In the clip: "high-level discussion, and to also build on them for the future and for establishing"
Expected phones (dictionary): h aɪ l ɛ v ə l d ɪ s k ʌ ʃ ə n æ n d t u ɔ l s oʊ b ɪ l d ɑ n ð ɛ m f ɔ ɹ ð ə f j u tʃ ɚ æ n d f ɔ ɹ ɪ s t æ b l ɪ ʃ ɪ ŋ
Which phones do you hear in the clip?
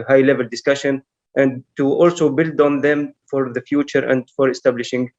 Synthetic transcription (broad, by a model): h aɪ l ɛ v ə l d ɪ s k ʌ ʃ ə n æ n d t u ɔ l s oʊ b ɪ l d ɑ n ð ɛ m f ɔ ɹ ð ə f j u tʃ ɚ æ n d f ɔ ɹ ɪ s t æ b l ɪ ʃ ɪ ŋ